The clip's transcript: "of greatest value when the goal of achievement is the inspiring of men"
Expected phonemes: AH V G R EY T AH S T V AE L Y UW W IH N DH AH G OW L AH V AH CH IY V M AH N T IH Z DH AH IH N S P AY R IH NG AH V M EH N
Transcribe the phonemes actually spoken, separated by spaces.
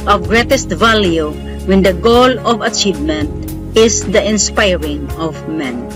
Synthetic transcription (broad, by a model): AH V G R EY T AH S T V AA L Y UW W IH N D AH G OW L AH V AH CH IY V M AH N T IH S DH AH IH N S P AY R IH NG AH V M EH N